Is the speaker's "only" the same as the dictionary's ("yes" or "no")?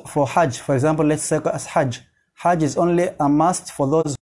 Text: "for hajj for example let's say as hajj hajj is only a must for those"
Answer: yes